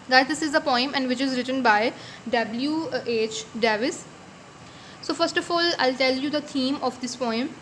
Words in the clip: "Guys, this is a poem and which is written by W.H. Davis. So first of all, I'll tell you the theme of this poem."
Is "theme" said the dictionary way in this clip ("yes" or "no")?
no